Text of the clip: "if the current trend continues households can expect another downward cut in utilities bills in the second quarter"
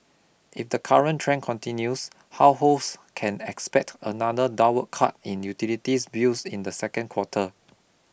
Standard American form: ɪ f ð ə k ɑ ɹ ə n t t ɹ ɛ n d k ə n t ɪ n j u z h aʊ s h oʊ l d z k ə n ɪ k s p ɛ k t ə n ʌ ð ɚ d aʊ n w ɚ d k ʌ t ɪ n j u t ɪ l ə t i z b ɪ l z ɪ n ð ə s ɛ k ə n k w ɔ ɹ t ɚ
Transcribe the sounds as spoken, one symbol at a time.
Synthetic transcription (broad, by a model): ɪ f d ə k ɑ ɹ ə n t t ɹ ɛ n k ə n t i n j u s h aʊ h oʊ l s k ə n ɪ k s p ɛ k t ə n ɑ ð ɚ d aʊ w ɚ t k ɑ t ɪ n j u t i l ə t i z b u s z ɪ n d ə s ɛ k ə n k w ɔ t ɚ